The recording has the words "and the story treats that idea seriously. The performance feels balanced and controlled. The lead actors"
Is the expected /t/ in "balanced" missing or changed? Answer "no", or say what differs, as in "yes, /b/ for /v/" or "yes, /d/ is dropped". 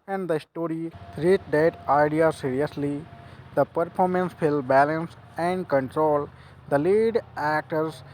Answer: yes, /t/ is dropped